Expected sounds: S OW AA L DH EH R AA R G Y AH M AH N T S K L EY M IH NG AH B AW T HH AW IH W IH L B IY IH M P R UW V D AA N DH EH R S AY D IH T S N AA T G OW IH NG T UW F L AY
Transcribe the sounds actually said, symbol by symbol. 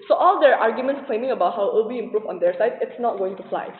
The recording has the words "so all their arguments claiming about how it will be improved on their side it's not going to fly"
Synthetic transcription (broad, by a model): S OW AA L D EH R AA R G Y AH M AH N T S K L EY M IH NG AH B AW T HH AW IH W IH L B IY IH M P R UW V AA N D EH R S AY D IH T S N AA T G OW IH NG T UW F L AY